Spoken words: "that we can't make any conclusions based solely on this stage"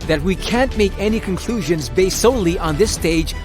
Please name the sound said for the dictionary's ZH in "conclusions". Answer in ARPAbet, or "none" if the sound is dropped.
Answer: ZH